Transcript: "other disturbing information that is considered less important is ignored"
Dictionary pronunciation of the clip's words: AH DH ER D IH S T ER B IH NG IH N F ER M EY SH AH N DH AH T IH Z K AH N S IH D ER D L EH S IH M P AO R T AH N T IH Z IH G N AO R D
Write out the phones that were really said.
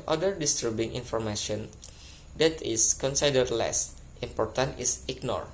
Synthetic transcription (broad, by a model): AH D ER D IH S T ER B IH NG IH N F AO M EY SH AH N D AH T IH S K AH N S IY D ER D L EH S IH M P AO R T AH N T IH S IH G N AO R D